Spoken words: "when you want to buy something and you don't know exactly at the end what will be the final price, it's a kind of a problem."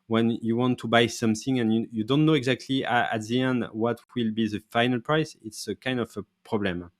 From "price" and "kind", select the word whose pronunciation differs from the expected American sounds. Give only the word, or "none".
none